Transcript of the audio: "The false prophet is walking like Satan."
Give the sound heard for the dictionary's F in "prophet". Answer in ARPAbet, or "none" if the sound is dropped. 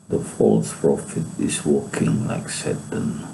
F